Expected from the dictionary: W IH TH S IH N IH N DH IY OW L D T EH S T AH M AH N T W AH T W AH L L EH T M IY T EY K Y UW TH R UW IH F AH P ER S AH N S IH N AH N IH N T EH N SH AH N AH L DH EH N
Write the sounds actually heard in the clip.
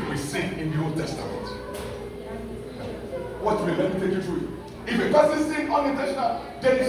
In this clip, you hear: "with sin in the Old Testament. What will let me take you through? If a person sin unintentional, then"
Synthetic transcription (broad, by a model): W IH S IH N IH N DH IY OW L T EH S T AH M AH N T W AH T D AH W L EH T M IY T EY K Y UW T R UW IH F AH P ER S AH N S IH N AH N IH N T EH SH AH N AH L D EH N